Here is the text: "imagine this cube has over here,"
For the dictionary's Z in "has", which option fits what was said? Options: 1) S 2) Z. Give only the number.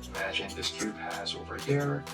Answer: 2